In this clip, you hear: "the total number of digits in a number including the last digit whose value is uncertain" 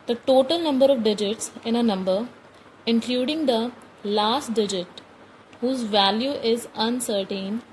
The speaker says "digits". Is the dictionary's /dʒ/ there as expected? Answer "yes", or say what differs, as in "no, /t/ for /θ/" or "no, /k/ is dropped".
yes